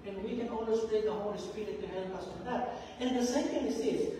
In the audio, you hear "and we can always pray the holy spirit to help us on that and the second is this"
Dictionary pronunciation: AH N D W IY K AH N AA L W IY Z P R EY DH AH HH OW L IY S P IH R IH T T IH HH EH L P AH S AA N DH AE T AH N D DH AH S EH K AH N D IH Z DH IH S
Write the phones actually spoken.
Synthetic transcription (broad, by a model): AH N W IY K AH N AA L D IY S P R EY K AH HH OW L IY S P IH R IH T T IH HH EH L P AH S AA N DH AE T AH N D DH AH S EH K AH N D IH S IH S